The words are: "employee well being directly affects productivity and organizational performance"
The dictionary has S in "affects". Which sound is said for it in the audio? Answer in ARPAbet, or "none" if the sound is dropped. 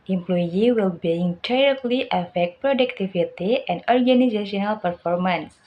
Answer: none